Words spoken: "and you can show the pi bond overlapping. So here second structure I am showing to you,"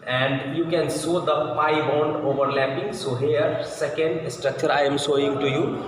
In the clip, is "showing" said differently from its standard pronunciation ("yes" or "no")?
yes